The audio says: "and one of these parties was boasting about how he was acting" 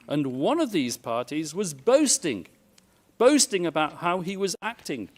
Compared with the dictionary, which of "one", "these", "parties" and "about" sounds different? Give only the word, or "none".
none